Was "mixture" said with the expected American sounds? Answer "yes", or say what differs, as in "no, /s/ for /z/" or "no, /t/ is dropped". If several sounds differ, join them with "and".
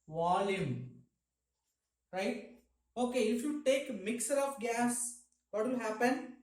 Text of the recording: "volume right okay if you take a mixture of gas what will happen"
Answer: no, /tʃ/ is dropped